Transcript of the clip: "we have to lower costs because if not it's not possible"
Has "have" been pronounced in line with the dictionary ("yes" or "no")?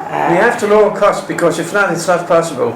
no